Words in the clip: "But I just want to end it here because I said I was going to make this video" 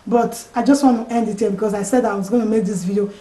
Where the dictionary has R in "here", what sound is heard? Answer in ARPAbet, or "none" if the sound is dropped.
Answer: L